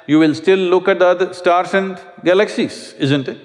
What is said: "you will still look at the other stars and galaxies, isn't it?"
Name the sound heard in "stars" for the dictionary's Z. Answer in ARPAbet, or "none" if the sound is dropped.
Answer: S